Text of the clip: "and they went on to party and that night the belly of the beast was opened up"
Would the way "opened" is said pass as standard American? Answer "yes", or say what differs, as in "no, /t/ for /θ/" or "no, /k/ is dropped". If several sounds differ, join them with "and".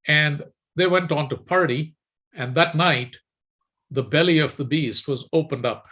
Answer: yes